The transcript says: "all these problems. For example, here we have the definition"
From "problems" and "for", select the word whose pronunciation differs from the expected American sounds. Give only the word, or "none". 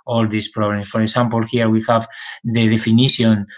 problems